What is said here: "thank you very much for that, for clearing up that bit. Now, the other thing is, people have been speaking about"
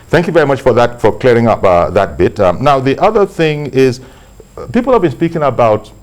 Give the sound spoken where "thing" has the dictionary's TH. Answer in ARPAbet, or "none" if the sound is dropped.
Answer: TH